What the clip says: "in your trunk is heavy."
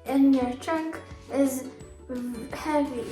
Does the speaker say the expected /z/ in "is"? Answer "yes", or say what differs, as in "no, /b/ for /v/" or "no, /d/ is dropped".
yes